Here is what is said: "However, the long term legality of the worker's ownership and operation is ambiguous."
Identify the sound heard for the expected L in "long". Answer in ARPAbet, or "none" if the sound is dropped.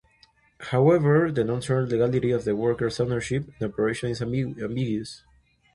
N